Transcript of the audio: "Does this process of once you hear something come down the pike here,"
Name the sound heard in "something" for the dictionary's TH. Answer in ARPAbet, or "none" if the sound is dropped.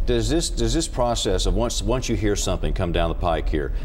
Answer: TH